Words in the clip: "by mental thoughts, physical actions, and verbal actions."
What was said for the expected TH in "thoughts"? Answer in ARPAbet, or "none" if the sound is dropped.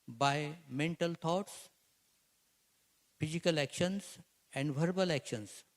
T